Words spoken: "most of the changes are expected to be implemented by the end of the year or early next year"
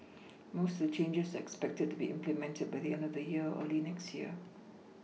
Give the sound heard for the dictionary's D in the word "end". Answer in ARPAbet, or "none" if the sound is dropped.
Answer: D